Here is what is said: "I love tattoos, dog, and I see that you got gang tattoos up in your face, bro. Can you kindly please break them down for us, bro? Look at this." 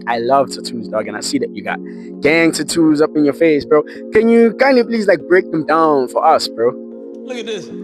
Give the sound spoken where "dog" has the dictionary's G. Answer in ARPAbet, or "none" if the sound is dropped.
G